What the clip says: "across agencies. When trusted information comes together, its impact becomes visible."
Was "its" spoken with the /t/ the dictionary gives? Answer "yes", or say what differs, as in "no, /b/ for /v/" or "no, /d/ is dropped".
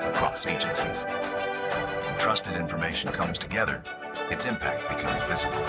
yes